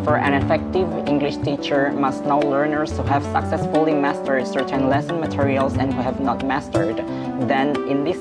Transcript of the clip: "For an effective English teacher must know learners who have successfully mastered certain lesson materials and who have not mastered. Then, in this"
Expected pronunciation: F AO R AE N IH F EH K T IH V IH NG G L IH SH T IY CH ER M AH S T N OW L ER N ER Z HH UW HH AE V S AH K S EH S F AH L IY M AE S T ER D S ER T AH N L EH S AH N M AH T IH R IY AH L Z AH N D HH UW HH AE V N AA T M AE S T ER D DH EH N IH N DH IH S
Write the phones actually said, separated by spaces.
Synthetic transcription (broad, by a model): F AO R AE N IH F EH K T IH V IH NG G L IH SH T IY CH ER M AH S T N OW L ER N ER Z HH UW HH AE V S AH K S EH S F AH L IY M AE S T ER D S ER T AH N L EH S AH N M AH T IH R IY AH L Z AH N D HH UW HH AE V N AA T M AE S T ER D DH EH N IH N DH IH S